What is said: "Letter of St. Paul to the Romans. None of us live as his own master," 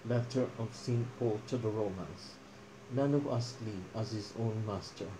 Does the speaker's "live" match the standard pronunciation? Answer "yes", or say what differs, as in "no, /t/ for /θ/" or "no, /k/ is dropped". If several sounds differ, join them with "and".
no, /v/ is dropped